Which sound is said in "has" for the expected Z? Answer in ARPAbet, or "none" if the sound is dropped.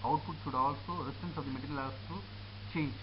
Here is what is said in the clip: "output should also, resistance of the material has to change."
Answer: S